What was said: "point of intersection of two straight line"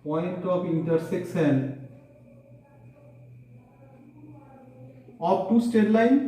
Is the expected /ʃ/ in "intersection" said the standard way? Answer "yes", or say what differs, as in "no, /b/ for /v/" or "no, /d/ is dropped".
no, /s/ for /ʃ/